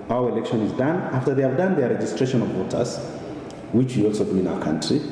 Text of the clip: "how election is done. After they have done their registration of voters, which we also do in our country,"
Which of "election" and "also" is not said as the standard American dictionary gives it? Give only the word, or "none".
none